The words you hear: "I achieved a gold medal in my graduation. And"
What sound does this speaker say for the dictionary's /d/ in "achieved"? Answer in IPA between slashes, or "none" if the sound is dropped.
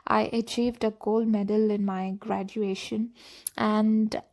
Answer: /d/